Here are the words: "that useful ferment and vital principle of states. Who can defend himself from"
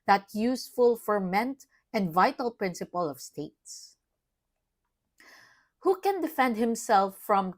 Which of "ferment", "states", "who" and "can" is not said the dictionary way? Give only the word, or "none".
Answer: none